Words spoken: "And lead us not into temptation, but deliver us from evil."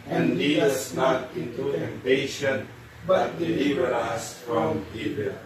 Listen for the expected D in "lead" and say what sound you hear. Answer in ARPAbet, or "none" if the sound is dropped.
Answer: none